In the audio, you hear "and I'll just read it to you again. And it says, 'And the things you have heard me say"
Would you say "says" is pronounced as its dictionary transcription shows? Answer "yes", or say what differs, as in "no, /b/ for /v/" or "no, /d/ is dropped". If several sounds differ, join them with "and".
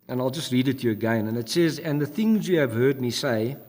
yes